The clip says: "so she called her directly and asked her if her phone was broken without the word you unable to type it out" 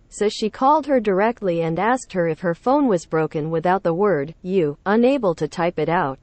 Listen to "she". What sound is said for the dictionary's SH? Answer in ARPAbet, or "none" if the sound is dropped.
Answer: SH